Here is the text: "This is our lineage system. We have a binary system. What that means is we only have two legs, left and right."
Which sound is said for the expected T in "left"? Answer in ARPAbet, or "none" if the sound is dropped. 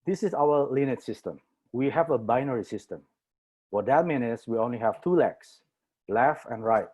none